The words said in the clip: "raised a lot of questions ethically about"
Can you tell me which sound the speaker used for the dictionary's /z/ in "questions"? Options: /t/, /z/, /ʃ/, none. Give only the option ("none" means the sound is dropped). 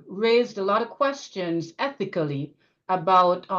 /z/